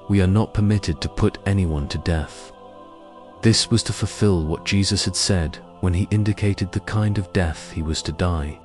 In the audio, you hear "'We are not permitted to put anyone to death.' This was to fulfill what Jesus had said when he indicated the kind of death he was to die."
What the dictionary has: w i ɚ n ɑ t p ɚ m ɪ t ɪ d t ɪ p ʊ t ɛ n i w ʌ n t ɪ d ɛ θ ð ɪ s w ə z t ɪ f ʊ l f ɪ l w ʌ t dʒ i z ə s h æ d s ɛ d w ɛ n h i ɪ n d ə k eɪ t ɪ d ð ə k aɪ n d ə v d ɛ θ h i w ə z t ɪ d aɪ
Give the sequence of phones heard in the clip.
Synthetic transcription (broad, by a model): w i ɚ n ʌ t p ɚ m ɪ t ɪ d t ɪ p ʊ t ɛ n i w ʌ n t ɪ d ɛ θ ð ɪ s w ə z t ɪ f ʊ l f ɪ l w ʌ t dʒ i z ə s h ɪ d s ɛ d w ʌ n i ɪ n d ə k eɪ t ɪ d ð ə k aɪ n d ə v d ɛ θ h i w ə z t ɪ d aɪ